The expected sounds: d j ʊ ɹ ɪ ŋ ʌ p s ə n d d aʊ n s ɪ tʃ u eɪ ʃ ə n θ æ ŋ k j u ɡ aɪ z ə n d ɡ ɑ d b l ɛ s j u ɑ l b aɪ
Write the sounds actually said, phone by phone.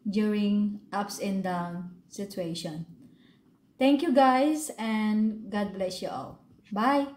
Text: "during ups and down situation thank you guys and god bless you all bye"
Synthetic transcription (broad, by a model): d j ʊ ɹ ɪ ŋ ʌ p s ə n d d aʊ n s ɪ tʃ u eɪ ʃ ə n t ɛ ŋ k j u ɡ aɪ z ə n ɡ ɑ d b l ɛ s j u ɑ l b aɪ